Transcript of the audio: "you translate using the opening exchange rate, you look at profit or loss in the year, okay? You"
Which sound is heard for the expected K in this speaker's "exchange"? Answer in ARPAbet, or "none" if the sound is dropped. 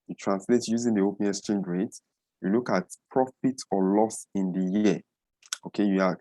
none